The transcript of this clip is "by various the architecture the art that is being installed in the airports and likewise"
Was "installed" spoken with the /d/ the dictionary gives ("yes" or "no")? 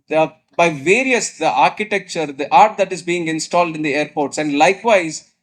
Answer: yes